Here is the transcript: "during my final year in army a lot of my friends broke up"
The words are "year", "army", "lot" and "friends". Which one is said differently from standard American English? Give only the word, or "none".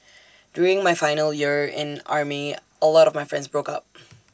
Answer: none